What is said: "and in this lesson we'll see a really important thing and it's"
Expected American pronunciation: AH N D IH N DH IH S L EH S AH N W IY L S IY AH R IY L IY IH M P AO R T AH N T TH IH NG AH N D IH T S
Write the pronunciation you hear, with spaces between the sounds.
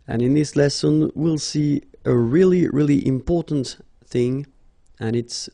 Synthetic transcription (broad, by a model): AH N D IH N DH IH S L EH S AH N W IY L S IY AH R IY L IY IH M P AO R T N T TH IH NG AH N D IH T S